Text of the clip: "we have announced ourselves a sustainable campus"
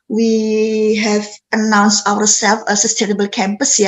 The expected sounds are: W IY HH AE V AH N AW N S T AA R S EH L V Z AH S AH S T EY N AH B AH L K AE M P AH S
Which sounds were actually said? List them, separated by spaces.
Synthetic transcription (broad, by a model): W IY HH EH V AH N AW N S T AA W S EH L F AH S AH S T EY N AH B AH L K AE M P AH S